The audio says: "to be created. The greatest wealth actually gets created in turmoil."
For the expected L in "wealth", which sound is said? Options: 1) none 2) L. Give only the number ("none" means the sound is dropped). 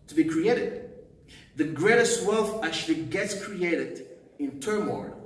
2